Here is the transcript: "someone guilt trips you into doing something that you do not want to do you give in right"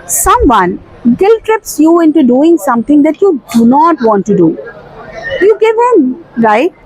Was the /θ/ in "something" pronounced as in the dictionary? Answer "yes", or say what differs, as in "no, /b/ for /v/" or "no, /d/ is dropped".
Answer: no, /t/ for /θ/